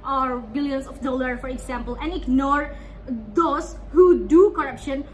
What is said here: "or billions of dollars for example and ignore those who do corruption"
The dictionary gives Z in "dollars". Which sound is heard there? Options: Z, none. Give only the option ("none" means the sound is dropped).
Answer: none